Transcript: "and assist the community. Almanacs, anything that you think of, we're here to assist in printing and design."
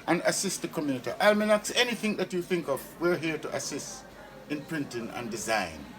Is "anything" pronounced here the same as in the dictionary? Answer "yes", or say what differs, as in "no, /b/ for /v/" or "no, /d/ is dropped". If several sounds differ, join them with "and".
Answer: yes